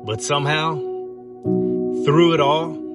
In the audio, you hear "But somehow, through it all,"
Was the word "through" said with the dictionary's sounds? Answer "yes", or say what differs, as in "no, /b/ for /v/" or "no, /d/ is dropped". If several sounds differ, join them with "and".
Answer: yes